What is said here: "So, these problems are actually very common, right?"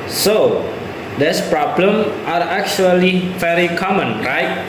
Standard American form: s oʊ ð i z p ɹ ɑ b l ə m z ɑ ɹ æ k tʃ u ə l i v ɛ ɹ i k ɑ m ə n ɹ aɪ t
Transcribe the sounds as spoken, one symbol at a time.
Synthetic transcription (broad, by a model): s oʊ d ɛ s p ɹ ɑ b l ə m ɑ ɹ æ k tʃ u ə l i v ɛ ɹ i k ɑ m ə n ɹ aɪ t